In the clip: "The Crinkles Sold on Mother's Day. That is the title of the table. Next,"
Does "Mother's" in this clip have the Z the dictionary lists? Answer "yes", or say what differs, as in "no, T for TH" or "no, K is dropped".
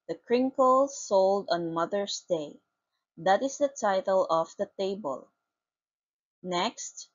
no, S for Z